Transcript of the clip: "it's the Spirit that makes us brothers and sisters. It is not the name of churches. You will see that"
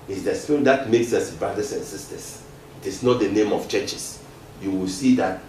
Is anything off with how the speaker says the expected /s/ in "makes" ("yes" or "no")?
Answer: no